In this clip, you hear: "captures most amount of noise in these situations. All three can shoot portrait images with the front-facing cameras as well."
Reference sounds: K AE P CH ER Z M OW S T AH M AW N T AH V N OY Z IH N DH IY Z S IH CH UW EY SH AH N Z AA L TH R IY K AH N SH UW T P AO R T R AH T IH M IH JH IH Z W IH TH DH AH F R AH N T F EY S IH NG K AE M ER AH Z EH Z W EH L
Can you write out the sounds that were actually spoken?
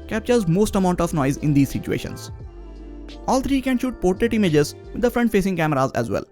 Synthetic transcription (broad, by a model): K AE P CH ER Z M OW S T AH M AW N T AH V N OY Z IH N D IY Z S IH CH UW EY SH AH N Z AA L T R IY K AH N SH UW T P AO R T R AH T IH M IH JH IH Z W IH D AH F R AH N T F EY S IH NG K AE M ER AH Z EH Z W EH L